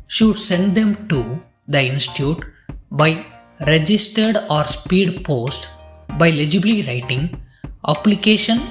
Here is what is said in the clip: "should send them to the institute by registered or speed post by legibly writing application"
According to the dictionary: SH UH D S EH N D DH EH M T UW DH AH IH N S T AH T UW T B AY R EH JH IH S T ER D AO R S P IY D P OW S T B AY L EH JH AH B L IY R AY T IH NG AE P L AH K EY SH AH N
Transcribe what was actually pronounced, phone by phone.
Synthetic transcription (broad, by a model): SH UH D S EH N D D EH M T UW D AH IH N S T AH T UW T B AY R EH JH IH S T ER D AO R S P IY D P OW S T B AY L EH JH AH B L IY R AY T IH NG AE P L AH K EY SH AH N